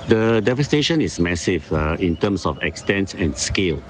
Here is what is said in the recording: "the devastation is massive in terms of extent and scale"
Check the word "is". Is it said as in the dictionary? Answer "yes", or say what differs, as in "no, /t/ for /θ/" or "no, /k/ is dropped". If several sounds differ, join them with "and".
no, /s/ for /z/